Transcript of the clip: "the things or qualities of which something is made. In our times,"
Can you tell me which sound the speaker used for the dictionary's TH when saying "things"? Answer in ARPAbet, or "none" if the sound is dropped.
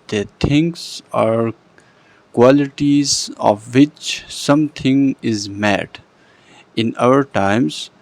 T